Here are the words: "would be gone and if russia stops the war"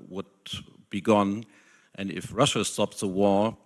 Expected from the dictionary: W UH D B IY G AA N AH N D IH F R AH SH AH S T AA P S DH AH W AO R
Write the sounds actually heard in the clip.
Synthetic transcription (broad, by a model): W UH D B IY G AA N AH N D IH F R AH SH AH S T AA P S DH AH W AO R